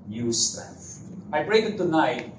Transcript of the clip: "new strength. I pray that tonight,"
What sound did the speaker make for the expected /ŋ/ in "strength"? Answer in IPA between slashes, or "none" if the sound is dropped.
none